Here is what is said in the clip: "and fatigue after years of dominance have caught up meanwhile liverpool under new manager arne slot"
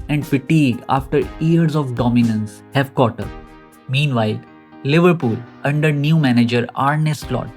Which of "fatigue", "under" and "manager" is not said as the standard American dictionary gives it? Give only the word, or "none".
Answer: fatigue